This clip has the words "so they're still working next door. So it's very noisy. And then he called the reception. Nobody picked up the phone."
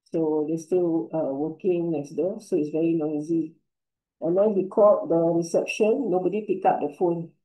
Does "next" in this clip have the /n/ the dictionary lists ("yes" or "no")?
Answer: no